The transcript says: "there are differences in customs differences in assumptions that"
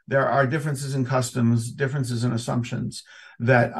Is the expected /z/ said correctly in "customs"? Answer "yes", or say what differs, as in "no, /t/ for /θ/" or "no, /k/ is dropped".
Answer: yes